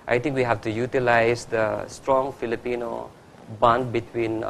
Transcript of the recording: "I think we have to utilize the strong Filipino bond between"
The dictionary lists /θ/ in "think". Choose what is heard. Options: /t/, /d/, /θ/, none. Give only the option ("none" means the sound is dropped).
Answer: /t/